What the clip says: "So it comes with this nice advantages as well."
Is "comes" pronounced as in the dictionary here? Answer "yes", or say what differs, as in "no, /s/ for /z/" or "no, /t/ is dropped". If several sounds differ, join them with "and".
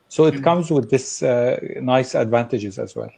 yes